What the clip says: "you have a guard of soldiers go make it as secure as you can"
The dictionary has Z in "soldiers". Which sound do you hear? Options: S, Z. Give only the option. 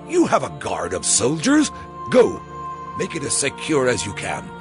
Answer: Z